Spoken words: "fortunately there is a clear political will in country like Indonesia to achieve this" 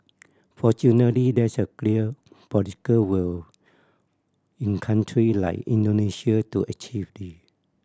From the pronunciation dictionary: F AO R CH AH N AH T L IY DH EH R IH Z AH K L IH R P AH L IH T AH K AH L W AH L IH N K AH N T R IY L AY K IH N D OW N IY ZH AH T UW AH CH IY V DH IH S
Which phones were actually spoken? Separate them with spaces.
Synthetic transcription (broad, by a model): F AO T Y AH N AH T L IY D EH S AH K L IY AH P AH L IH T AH K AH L W AH L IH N K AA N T R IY L AY K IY N D OW N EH SH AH T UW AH CH IY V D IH